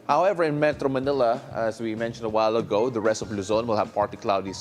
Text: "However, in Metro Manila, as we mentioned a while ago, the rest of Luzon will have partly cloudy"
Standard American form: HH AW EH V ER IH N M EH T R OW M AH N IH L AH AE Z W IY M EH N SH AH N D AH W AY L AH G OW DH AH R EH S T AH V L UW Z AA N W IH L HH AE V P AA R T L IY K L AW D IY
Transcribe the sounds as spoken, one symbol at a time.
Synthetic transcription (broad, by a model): HH AW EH V ER IH N M EH T R OW M AH N IH L AH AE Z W IY M EH N SH AH N D AH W AY L AH G OW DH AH R EH S T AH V L UW Z AA N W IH L HH AE V P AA R T IY K L AW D IY